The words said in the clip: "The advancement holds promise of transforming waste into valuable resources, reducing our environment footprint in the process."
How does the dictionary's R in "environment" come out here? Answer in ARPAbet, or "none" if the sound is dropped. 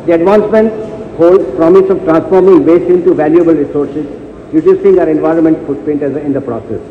R